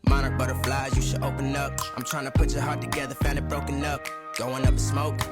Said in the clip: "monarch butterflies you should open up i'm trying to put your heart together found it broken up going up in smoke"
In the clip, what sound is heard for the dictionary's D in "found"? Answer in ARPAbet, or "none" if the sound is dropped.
none